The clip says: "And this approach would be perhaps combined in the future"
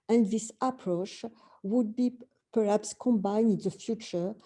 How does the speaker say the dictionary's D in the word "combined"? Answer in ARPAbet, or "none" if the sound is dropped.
none